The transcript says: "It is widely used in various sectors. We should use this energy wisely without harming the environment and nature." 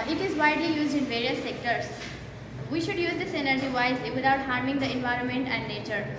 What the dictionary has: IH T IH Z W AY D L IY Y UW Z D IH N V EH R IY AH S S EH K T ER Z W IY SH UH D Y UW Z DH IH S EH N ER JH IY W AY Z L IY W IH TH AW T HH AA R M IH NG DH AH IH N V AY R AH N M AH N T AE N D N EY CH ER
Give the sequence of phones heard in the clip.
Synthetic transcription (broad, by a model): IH T IH Z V AY D L IY Y UW Z D IH N V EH R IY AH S S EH K T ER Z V IY SH UH D Y UW Z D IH S EH N ER JH IY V AY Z L IY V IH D AW T HH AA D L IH NG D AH IH N V AY R AH N M AH N T AE N D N EY CH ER